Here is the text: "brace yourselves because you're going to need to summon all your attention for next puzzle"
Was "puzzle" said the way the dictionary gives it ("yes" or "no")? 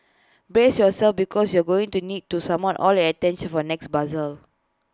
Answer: no